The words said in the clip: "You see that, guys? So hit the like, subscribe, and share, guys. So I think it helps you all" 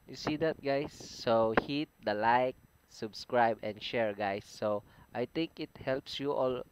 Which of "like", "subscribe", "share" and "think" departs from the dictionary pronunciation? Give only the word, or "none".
think